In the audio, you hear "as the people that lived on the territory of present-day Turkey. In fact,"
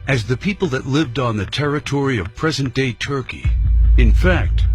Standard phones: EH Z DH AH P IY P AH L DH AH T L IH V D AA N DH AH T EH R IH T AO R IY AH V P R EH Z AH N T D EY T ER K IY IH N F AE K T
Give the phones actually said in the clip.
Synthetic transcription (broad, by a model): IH Z DH AH P IY P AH L DH AH T L IH V D N DH AH T EH R IH T AO R IY AH V P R EH Z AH N D EY T ER K IY IH N F AE K T